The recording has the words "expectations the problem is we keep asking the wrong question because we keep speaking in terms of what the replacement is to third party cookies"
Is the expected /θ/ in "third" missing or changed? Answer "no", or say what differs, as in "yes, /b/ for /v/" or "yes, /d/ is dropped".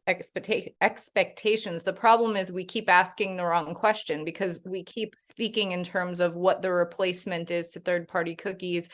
no